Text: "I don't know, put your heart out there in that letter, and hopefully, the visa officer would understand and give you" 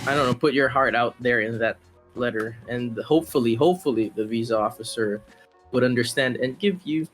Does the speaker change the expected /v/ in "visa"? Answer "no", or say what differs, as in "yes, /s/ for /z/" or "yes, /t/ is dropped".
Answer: no